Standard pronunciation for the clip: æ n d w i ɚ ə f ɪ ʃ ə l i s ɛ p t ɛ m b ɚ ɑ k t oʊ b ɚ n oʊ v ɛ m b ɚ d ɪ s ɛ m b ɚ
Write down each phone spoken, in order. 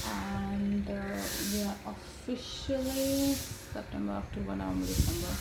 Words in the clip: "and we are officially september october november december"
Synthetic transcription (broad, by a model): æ n d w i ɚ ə f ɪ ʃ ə l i s ɛ p t ɛ m b ɚ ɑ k t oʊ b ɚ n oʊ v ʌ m ɚ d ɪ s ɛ m b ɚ